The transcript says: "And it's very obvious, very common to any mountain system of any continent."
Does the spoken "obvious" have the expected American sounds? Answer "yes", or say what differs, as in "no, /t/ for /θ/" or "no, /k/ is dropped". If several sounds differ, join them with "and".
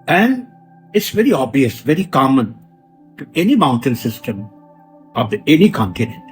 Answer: no, /v/ is dropped